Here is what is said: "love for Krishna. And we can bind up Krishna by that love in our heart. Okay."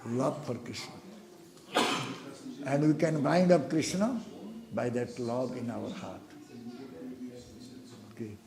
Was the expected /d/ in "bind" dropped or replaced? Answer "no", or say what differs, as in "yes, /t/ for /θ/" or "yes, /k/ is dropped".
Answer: no